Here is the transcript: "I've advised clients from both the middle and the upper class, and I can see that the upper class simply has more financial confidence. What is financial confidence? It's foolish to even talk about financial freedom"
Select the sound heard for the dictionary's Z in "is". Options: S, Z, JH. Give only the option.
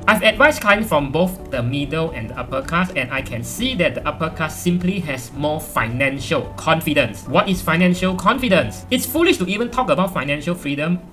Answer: S